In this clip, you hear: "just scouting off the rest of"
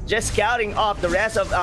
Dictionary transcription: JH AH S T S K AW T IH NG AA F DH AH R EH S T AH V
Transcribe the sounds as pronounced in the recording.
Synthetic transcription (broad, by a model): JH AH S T S K AW T IH NG AA F DH AH R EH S AH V